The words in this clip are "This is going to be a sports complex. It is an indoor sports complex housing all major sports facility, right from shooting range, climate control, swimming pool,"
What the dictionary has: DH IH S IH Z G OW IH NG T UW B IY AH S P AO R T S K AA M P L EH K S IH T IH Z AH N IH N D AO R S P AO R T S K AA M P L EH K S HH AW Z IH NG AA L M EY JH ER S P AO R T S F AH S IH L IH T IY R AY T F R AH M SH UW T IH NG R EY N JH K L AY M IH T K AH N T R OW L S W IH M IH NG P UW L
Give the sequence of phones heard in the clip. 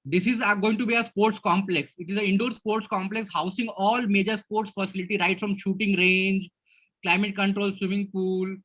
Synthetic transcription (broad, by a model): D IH S IH Z G OW IH NG T UW B IY AH S P AO R T S K AA M P L EH K S IH T IH Z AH IH N D AO R S P AO R T S K AA M P L EH K S HH AW S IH NG AA L M EY JH ER S P AO R T S F AH S IH L IH T IY R AY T F R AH M SH UW T IH NG R EY N JH K L AY M IH T K AH N T R OW L S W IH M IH NG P UW L